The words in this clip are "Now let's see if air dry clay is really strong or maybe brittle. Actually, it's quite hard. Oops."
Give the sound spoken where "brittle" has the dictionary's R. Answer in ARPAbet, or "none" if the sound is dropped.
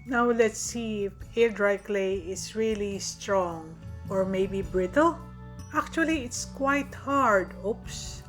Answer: R